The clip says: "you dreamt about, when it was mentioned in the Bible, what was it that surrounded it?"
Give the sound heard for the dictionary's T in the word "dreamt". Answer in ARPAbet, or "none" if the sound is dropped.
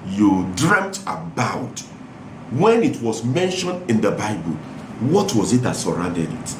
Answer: T